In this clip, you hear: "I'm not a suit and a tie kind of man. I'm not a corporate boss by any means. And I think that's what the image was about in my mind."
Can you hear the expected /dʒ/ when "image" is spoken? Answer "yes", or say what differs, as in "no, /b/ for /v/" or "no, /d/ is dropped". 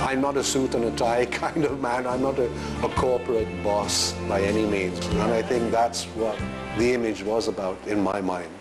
yes